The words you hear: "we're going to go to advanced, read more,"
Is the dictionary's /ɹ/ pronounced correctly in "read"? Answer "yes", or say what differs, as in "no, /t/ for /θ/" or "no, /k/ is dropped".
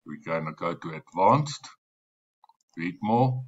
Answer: no, /w/ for /ɹ/